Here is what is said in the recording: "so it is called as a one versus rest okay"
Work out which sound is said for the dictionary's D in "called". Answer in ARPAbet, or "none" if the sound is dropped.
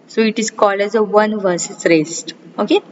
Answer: none